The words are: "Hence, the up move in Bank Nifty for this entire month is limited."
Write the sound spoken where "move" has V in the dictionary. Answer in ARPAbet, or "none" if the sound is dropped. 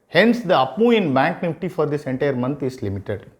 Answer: none